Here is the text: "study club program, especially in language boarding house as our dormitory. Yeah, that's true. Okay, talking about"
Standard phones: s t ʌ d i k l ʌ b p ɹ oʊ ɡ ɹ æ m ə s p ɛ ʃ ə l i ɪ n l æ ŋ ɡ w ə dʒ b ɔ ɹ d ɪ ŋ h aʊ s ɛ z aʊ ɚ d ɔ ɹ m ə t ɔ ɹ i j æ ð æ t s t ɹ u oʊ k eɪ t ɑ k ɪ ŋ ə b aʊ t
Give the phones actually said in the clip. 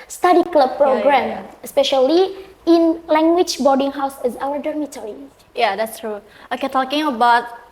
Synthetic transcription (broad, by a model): s t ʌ d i k l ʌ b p ɹ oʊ ɡ ɹ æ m ə s p ɛ ʃ ə l i ɪ n l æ ŋ ɡ w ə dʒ b ɔ ɹ d ɪ ŋ h aʊ s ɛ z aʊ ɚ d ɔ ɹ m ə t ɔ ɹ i j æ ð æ t s t ɹ u oʊ k eɪ t ɑ k ɪ ŋ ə b aʊ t